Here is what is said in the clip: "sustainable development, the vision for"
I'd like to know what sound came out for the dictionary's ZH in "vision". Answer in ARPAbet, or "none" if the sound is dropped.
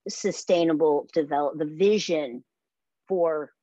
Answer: ZH